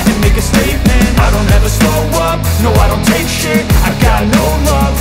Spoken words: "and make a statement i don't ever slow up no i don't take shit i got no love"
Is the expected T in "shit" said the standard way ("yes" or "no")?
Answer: no